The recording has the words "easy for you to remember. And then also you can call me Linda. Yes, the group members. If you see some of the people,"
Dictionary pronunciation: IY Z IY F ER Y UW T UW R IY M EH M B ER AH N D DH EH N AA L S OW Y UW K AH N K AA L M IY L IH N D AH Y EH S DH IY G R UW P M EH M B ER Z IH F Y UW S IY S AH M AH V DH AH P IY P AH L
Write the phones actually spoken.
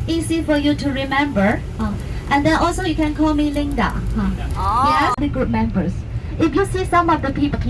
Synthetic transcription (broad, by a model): IY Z IY F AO Y UW T UW R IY M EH M B ER AH N D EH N AA L S OW Y UW K AH N K AA L M IY L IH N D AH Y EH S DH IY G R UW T M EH M B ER S IH F Y UW S IY S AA M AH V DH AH P IY P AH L